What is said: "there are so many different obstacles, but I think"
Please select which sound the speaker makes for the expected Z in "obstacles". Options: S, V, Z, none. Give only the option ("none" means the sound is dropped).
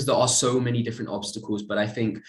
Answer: Z